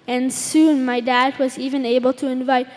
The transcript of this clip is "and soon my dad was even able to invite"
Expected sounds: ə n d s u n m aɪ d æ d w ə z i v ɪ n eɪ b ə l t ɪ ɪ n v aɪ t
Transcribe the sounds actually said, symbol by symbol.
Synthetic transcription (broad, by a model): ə n s u n m aɪ d æ d w ə z i v ɪ n eɪ b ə l t ɪ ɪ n v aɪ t